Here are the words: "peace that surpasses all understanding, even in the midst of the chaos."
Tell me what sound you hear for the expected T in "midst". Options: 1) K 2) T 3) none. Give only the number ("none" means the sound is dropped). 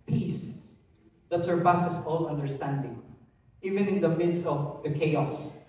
3